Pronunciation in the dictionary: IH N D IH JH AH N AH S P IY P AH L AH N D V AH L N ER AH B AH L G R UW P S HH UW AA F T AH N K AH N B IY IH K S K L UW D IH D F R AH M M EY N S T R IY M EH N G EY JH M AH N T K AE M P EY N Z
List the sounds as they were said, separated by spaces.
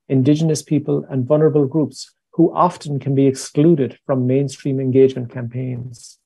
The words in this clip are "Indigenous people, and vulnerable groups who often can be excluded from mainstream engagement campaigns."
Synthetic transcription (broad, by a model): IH N D IH JH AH N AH S P IY P AH L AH N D V AH L N ER AH B AH L G R UW P S HH UW AA F T AH N K AH N B IY IH K S K L UW D IH D F R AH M M EY N S T R IY M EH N G EY JH M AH N K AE M P EY N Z